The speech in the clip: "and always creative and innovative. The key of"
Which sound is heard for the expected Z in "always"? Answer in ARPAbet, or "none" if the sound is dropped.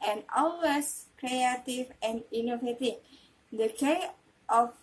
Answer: S